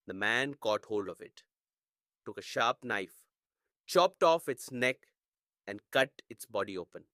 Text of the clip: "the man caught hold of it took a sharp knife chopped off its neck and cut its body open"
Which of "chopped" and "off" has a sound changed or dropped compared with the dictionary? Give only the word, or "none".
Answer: none